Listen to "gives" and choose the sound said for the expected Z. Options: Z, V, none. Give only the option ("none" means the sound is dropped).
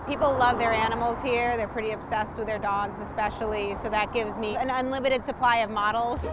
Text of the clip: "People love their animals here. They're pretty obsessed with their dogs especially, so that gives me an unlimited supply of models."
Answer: Z